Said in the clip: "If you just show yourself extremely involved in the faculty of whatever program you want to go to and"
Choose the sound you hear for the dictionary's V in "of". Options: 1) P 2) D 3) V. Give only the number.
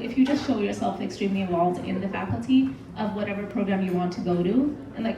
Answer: 3